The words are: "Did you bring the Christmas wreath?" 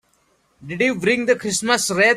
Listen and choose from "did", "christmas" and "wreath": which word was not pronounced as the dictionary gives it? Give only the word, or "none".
wreath